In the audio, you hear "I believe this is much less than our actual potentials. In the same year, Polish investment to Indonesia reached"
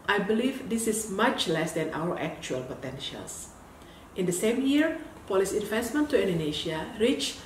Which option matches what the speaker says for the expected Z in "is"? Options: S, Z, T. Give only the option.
S